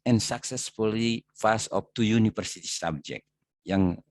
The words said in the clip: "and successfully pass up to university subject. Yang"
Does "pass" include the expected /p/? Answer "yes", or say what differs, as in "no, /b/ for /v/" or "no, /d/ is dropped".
no, /f/ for /p/